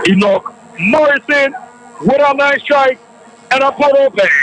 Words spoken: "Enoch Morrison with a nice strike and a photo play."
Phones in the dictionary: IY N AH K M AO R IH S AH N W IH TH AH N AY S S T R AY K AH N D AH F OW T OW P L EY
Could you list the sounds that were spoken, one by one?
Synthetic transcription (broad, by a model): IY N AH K M AO R IH S AH N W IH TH AH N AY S S T R AY K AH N AH P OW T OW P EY